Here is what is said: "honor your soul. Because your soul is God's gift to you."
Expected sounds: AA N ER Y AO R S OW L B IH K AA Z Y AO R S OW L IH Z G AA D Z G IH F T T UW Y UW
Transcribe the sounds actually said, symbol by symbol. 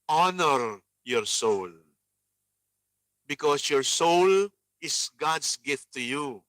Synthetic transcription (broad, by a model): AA N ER Y AO R S OW L B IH K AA S Y AO R S OW L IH S G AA D S G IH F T T UW Y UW